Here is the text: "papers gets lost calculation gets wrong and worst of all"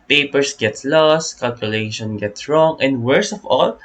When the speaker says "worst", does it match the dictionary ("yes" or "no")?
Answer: no